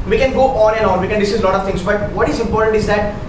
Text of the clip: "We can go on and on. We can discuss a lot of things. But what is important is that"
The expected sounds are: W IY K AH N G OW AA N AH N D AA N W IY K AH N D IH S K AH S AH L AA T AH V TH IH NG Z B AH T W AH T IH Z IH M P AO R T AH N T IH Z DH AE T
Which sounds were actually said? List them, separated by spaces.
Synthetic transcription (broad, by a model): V IY K AH N G OW AA N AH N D AA N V IY K AH N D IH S AH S L AA T AH V T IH NG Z B AH T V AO T IH Z IH M P AO R T AH N T IH Z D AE T